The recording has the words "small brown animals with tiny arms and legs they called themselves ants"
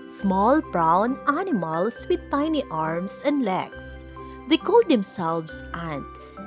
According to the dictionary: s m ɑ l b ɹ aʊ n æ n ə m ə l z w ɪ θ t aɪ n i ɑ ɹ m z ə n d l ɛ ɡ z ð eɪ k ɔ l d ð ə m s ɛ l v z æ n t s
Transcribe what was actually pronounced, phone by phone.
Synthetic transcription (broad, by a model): s m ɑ l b ɹ aʊ n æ n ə m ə l s w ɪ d t aɪ n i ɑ ɹ m s ə n d l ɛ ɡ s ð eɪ k ɔ l d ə m s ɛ l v s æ n s